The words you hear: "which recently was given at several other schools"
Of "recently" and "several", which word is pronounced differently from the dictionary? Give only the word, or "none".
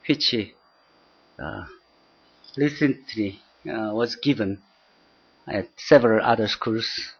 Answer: recently